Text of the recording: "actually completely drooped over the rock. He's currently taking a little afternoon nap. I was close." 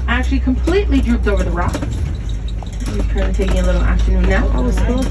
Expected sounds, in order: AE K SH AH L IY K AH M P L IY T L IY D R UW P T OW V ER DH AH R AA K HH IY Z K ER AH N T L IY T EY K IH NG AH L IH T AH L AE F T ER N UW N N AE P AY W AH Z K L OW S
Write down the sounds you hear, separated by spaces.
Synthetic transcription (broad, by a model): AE K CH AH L IY K AH M P L IY T L IY D R UW P T OW V ER DH AH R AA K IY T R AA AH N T IY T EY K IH AH L IH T L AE F T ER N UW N N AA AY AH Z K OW